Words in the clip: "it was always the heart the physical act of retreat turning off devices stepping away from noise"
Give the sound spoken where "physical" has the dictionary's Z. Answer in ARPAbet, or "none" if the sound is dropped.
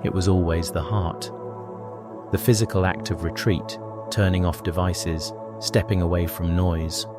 Z